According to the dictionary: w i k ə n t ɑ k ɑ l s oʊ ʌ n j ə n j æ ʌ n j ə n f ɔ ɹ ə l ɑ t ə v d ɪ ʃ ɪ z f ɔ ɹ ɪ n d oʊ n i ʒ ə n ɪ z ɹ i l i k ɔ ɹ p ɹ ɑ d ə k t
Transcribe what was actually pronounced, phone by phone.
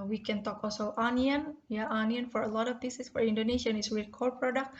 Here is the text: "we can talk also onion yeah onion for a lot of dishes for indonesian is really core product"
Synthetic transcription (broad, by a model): w i k ə n t ɑ k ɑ l s oʊ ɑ n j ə n j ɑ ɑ n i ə n f ɔ ɹ ə l ɑ t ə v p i s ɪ s f ɔ ɹ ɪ n d oʊ n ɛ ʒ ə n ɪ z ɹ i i k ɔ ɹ p ɹ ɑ d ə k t